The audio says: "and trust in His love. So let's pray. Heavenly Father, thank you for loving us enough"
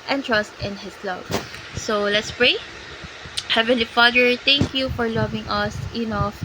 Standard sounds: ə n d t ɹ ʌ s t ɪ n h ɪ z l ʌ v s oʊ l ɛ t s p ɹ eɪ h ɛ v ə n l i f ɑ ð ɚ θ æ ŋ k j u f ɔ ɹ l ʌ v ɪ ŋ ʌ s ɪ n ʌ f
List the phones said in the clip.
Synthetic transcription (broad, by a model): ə n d t ɹ ʌ s t ɪ n h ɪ s l ʌ v s oʊ l ɛ t s p ɹ eɪ h ɛ v ə n l i f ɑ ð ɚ t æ ŋ k j u f ɔ ɹ l ʌ v ɪ ŋ ʌ s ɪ n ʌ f